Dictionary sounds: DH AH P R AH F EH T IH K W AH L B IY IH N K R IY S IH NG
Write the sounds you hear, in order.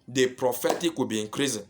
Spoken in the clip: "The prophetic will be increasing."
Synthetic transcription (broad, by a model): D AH P R AH F EH T IH K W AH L B IY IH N K R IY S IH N